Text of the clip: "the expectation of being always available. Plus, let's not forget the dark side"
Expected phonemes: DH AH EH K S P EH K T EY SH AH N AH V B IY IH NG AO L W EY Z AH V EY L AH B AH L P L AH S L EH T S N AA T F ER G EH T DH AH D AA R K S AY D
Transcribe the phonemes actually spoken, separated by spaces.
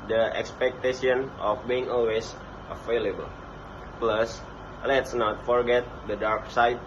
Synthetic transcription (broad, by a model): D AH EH K S P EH K T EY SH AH N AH F B IY IH NG AO L W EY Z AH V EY L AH B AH L P L AH S L EH T S N AA T F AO G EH T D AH D AA R K S AY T